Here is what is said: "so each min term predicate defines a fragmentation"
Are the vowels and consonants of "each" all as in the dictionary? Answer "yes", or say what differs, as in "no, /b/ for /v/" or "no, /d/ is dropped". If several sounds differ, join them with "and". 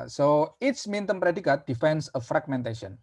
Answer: no, /s/ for /tʃ/